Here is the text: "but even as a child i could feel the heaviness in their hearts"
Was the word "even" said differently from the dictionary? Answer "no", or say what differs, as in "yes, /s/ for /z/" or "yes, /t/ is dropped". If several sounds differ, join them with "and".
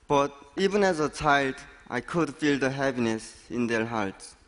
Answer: no